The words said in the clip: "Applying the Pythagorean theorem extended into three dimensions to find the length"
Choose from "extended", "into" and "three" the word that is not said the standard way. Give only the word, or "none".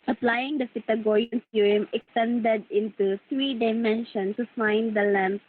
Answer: three